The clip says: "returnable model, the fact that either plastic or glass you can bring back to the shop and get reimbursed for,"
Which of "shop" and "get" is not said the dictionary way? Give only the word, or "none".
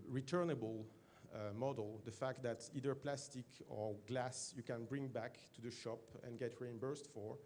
none